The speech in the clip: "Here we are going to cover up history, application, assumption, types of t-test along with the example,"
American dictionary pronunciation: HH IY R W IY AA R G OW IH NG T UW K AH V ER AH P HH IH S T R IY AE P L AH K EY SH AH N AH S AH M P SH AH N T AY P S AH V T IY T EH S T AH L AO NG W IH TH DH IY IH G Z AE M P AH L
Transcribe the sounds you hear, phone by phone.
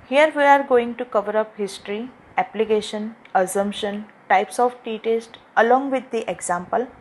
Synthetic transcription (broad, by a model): HH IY R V IY AA R G OW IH NG T UW K AH V ER AH P HH IH S T R IY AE P L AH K EY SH AH N AH S AH M P SH AH N T AY P S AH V T IY T EH S T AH L AO NG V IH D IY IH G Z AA M P AH L